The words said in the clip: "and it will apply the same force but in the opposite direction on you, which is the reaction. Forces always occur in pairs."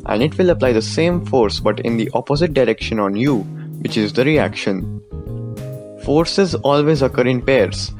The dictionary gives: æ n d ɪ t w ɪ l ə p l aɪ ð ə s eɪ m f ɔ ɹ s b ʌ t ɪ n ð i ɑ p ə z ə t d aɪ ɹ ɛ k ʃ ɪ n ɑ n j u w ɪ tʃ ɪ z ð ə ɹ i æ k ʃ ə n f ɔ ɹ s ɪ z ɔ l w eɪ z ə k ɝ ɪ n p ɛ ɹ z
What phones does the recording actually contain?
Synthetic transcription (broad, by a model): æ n d ɪ t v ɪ l ə p l aɪ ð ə s eɪ m f ɔ ɹ s b ʌ t ɪ n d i ɑ p ə z ə t d aɪ ɹ ɛ k ʃ ɪ n ɑ n j u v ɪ tʃ ɪ z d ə ɹ i æ k ʃ ə n f ɔ ɹ s ɪ z ɔ l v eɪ z ə k ɝ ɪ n p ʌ ɹ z